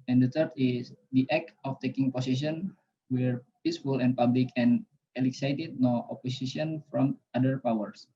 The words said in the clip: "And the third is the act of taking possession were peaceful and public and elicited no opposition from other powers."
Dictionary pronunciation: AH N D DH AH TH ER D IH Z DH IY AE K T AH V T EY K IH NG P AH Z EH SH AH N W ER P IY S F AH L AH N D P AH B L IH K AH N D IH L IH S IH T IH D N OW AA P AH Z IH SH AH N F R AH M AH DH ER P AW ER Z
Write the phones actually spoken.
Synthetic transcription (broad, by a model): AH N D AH T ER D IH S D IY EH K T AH F T EY K IH NG P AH S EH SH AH N W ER P IY S F AH L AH N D P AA B L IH K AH N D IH L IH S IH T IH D N OW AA P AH S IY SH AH N F R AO M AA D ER P AW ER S